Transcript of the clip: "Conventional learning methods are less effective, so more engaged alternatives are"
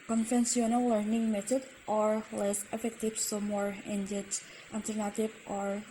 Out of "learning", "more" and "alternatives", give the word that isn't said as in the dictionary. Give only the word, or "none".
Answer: alternatives